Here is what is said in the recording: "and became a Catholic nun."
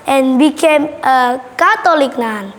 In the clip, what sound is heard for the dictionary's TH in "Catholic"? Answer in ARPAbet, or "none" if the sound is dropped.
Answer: T